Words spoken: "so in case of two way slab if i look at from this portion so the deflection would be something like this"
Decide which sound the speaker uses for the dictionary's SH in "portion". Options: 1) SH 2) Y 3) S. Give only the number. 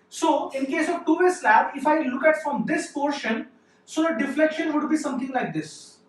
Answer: 1